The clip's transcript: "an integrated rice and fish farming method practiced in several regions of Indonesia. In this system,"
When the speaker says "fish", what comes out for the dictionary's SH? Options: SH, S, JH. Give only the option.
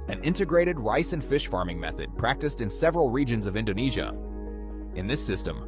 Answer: SH